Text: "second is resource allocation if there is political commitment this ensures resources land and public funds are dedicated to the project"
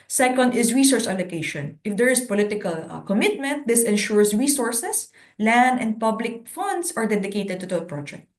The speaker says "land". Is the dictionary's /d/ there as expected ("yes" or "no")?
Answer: yes